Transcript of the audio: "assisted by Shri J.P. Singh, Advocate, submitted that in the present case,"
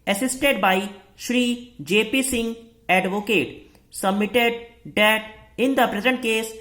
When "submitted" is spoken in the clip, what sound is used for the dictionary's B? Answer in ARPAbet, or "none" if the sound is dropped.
B